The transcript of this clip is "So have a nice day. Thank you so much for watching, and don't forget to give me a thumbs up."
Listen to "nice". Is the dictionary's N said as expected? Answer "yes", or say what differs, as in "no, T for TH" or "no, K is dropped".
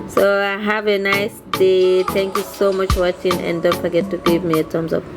yes